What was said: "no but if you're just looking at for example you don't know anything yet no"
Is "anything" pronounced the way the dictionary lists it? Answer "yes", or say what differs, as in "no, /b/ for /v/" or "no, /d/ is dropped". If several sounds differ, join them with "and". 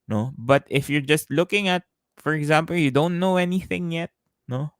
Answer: yes